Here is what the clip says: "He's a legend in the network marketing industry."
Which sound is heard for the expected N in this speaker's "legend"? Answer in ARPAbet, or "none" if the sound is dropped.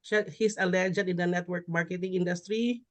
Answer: none